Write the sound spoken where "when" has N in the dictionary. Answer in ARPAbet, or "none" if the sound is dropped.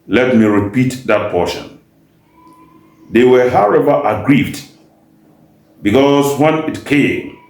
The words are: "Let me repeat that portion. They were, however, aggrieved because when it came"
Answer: N